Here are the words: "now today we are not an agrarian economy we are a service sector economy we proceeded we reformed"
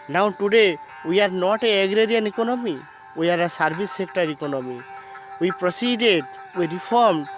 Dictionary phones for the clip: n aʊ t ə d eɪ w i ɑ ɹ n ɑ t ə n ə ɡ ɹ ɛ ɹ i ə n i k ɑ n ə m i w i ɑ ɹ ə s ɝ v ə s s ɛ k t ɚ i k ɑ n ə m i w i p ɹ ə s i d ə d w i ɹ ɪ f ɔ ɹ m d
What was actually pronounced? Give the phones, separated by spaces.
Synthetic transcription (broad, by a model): n aʊ t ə d eɪ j ɑ ɹ n ɑ t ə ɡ ɹ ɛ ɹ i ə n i k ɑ n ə m i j ɑ ɹ ə s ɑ b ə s s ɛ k t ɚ i k ɑ n ə m i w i p ɹ ə s i d ə d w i ɹ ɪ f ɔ ɹ m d